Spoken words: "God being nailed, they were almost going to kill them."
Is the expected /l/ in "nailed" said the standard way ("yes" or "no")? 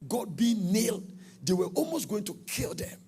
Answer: yes